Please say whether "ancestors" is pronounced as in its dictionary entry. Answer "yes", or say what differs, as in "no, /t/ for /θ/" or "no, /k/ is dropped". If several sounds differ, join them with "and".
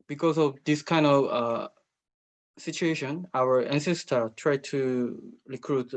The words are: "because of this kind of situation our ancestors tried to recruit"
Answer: no, /z/ is dropped